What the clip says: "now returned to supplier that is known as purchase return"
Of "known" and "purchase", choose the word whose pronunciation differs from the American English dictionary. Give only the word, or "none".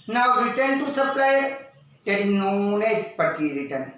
purchase